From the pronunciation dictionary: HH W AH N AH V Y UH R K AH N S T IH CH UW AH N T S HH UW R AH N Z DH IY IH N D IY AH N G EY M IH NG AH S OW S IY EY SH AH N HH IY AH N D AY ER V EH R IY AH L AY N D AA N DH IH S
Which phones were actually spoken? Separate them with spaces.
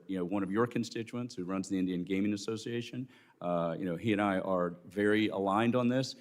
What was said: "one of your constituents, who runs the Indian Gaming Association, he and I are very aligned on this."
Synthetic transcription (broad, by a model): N W AH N AH V Y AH R K AH N S T IH CH UW AH N T S HH UW R AH N Z DH IY IH N D IY AH N G EY M IH NG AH S OW S IY EY SH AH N HH IY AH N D AY ER V EH R IY AH L AY N D N DH IH S